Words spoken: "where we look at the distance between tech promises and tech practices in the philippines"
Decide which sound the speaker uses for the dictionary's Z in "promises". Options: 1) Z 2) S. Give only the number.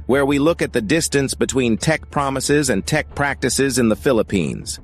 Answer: 1